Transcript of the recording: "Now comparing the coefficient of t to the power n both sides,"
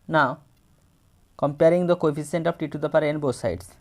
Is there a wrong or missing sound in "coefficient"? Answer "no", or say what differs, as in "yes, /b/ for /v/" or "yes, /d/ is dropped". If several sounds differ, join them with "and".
yes, /s/ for /ʃ/